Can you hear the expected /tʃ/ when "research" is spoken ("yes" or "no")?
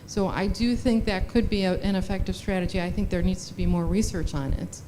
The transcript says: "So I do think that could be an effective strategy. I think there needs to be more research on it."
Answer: yes